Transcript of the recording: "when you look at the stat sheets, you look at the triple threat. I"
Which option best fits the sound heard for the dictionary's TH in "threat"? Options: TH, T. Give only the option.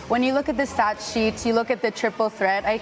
TH